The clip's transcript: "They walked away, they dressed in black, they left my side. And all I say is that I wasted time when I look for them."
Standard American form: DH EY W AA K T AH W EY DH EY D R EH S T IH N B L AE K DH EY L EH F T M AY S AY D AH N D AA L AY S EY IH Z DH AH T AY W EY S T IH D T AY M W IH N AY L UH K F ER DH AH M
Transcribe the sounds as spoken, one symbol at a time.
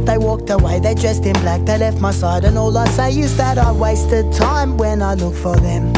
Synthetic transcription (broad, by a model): DH EY W AA K T AH W EY DH EY D R EH S T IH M B L AE K DH EY L EH F T M AY S AY D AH N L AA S AY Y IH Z DH AH T AY W EY S T IH D T AY M W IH N AY L UH K F ER DH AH M